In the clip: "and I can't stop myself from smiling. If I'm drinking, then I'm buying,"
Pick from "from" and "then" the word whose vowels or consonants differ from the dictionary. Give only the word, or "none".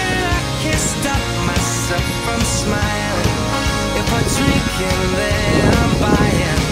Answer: then